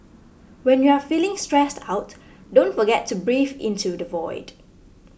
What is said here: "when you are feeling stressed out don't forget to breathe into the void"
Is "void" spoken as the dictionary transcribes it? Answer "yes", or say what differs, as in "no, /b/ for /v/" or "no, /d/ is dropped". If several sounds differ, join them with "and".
yes